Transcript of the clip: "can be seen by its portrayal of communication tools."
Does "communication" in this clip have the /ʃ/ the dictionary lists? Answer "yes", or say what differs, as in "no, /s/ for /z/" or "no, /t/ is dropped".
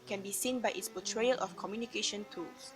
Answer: yes